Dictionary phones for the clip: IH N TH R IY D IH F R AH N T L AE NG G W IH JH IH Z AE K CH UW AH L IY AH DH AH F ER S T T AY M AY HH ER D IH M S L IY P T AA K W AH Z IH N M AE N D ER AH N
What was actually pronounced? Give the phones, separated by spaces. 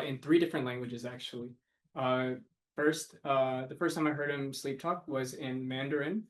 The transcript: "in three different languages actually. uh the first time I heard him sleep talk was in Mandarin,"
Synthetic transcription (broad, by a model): IH N TH R IY D IH F R AH N T L AE NG G W IH JH IH Z AE K CH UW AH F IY AH DH AH F ER S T T AY M AY HH ER D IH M S L IY P T AA K W AH Z IH N M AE N D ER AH N